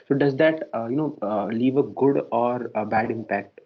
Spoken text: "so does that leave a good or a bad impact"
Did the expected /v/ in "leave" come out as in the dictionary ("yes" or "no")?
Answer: yes